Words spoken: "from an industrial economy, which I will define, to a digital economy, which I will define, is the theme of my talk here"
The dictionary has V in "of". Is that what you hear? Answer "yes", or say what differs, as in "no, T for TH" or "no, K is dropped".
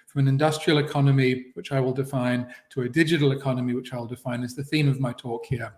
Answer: yes